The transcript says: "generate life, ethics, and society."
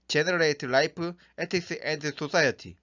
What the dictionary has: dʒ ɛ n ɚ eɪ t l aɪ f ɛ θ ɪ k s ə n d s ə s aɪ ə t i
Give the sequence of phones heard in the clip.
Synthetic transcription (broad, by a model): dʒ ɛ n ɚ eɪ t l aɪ p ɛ t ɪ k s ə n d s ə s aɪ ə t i